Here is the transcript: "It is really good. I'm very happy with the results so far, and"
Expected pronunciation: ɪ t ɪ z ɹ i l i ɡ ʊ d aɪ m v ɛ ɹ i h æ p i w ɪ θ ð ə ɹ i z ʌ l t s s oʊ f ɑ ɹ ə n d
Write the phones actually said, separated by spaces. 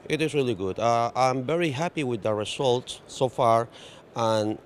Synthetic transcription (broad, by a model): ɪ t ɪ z ɹ i l i ɡ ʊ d aɪ m v ɛ ɹ i h æ p i w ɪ ð ə ɹ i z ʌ l t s s oʊ f ɑ ɹ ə n